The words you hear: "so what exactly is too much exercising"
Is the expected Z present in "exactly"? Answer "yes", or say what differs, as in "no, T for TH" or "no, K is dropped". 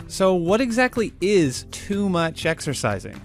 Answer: yes